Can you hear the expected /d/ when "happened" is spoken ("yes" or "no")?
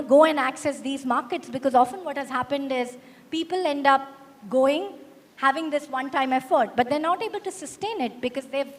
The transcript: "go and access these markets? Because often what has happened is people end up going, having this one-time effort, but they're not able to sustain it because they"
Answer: yes